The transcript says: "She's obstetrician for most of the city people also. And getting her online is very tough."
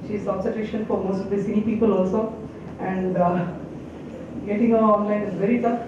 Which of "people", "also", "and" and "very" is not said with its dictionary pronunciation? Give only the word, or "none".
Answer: none